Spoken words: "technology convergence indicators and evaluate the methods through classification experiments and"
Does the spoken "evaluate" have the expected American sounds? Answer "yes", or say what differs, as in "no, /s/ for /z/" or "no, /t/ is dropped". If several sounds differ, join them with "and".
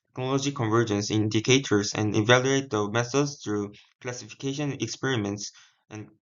yes